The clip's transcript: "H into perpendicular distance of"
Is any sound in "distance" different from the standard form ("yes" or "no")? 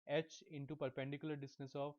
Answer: yes